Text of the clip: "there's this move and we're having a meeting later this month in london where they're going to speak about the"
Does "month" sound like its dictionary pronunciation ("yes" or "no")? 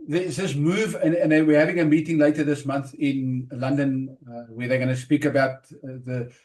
yes